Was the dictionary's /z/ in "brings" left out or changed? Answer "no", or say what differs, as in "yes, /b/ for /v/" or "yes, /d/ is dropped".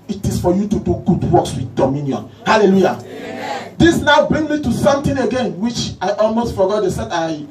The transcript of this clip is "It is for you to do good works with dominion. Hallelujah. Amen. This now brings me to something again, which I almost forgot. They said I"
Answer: yes, /z/ is dropped